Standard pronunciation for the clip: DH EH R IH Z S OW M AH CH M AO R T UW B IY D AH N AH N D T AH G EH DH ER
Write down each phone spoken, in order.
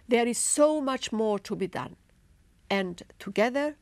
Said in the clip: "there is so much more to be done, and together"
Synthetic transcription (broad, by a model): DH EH R IH Z S OW M AH CH M AO R T UW B IY D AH N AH N T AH G EH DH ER